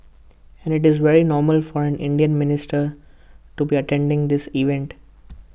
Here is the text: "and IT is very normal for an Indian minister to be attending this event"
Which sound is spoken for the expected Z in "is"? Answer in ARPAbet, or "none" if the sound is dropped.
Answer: Z